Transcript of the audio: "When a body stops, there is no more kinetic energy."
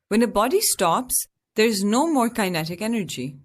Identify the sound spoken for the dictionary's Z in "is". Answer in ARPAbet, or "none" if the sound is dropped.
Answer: Z